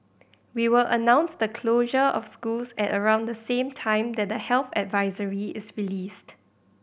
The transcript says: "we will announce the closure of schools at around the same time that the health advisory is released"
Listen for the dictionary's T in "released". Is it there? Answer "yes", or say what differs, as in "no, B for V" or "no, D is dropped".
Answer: yes